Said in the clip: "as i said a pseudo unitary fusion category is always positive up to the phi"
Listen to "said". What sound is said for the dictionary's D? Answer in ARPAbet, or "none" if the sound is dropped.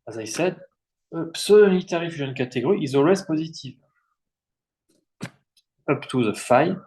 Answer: D